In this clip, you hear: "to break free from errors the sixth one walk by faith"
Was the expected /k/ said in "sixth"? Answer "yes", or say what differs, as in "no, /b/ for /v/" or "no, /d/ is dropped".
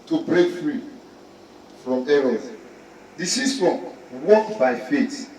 no, /k/ is dropped